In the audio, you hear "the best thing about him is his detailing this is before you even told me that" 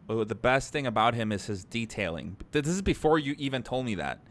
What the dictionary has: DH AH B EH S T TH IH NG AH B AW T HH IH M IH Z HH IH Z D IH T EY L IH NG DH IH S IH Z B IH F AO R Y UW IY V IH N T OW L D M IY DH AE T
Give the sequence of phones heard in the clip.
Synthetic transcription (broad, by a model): DH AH B EH S T TH IH NG AH B AW T HH IH M IH Z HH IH Z D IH T EY L IH NG DH IH S IH Z B IH F AO R Y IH IY V IH N T OW L D M IY DH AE T